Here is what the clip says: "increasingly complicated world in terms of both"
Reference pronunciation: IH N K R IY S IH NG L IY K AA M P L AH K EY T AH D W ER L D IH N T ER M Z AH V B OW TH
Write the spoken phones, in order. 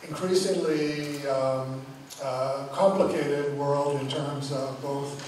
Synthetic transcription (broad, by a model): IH N K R IY S IH NG L IY K AA M P L AH K EY T AH D W ER L D IH N T ER M Z AH V B OW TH